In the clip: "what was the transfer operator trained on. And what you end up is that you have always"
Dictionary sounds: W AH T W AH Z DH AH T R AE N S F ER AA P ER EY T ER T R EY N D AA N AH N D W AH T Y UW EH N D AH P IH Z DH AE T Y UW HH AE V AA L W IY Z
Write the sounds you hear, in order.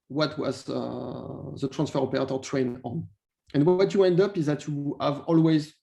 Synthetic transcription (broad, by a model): W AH T W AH Z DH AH T R AE N S F ER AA P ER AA T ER T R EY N AA N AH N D W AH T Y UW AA N D AH P IH Z DH AE T Y UW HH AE V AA L W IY Z